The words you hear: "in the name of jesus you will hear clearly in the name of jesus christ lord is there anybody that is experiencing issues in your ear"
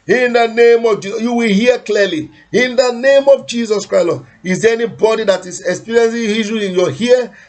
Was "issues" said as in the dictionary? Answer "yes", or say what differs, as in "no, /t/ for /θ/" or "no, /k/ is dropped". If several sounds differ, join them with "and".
no, /z/ is dropped